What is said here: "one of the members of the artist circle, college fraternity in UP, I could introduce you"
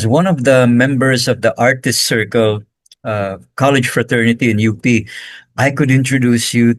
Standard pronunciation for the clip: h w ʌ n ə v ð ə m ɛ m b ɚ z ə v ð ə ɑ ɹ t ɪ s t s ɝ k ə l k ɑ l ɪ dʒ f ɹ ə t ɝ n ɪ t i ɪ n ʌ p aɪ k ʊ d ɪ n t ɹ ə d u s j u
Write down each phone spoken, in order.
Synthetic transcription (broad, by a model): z w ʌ n ə v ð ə m ɛ m b ɚ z ə v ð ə ɑ ɹ t ɪ s t s ɝ k ə l k ɑ l ɪ dʒ f ɹ ə t ɝ n ɪ t i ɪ n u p aɪ k ʊ d ɪ n t ɹ ə d u s j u